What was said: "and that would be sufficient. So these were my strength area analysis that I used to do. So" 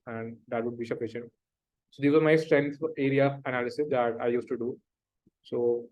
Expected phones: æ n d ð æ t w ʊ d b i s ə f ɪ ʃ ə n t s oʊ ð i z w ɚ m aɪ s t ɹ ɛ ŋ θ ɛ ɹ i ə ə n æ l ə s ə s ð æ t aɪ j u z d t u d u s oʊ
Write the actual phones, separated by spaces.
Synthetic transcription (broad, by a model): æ n d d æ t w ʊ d b i ʃ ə p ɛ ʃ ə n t s oʊ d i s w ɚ m aɪ s t ɹ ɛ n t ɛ ɹ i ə ə n æ l ə s ə s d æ t aɪ j u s t u d u s oʊ